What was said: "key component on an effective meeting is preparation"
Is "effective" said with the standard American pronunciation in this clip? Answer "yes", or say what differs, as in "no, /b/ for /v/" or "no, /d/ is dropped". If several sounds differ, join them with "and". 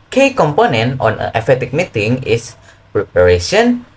no, /k/ is dropped